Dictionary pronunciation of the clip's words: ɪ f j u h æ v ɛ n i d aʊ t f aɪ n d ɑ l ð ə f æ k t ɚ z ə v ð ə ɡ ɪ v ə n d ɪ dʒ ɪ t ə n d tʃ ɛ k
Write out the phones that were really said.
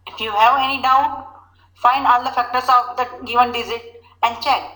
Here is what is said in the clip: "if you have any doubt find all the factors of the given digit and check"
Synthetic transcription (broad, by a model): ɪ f j u h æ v ɛ n i d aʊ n f aɪ n d ɑ l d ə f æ k t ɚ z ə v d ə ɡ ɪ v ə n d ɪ z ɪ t ə n d tʃ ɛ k